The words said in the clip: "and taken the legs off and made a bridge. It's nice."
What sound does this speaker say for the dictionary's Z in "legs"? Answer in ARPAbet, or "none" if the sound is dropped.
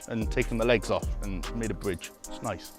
Z